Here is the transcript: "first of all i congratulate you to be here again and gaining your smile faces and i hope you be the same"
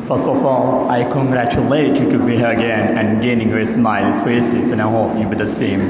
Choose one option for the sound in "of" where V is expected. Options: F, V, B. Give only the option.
F